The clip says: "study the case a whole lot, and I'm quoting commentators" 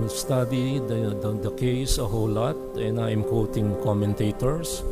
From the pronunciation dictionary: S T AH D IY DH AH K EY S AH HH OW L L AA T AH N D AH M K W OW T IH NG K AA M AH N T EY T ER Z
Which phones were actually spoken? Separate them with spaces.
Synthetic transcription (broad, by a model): S T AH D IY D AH K EY S AH HH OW W L AA T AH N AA AH M K W OW T IH NG K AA M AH N T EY T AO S